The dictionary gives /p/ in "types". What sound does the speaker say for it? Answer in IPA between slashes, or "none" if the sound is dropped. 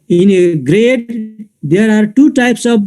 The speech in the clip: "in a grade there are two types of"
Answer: /p/